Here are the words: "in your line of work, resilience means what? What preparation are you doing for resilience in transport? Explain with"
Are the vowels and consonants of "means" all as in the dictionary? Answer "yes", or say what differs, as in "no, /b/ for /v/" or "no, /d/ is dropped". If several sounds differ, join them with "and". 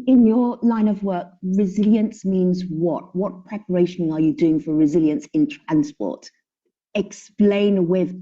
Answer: yes